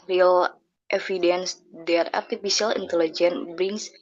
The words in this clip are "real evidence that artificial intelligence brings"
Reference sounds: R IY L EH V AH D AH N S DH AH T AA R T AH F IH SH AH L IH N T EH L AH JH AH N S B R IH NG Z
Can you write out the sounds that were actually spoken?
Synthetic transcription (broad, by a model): R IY L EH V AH D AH N S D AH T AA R T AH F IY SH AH L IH N T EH L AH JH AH N B R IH NG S